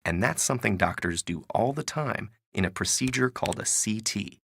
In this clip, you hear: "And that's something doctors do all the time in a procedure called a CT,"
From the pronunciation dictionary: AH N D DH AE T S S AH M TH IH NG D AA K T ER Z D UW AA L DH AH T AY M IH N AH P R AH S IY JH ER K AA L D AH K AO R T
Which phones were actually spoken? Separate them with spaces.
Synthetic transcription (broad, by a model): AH N DH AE T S S AH M TH IH NG D AA K T ER Z D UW AA L DH AH T AY M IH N AH P R AH S IY JH ER K AA L D AH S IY T